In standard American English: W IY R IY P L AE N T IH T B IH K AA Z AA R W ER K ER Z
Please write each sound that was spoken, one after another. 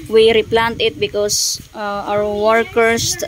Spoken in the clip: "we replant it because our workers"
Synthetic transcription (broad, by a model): W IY R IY P L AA N T IH T B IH K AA S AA W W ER K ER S